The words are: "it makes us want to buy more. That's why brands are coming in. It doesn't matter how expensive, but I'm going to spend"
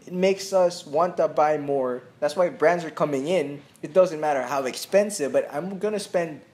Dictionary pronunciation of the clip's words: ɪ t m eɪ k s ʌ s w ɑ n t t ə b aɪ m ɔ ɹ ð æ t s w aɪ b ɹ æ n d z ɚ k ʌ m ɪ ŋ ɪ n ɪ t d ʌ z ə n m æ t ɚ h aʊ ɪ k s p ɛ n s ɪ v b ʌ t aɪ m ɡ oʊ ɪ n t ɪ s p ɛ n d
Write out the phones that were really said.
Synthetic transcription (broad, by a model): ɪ t m eɪ k s ʌ s w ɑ n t t ə b aɪ m ɔ ɹ ð æ t s w aɪ b ɹ æ n d z ɚ k ʌ m ɪ ŋ ɪ n ɪ t d ʌ z ə n m æ t ɚ h aʊ ɪ k s p ɛ n s ɪ v b ʌ t aɪ m ɡ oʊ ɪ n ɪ s p ɛ n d